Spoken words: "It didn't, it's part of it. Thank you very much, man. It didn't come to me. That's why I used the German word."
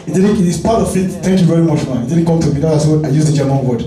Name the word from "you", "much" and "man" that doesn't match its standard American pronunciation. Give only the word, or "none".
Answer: man